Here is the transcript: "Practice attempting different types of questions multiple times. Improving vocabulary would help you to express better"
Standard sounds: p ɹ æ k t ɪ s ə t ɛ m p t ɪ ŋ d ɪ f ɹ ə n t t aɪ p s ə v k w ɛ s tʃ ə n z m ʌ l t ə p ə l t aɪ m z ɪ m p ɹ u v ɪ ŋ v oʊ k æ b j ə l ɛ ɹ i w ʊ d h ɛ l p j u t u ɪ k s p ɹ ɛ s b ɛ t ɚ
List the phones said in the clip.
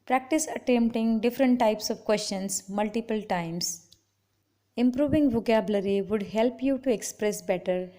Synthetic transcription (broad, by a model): p ɹ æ k t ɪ s ə t ɛ m p t ɪ ŋ d ɪ f ɹ ə n t t aɪ p s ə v k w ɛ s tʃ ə n s m ʌ l t ə p ə l t aɪ m s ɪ m p ɹ u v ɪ ŋ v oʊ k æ b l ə ɹ i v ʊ d h ɛ l p j u t u ɪ k s p ɹ ɛ s b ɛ t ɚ